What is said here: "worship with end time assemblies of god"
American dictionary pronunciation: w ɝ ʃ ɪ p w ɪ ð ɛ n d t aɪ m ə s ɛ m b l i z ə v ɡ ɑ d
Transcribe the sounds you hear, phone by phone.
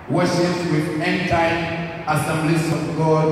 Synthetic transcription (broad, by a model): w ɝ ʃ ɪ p w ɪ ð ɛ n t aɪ ə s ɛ m b l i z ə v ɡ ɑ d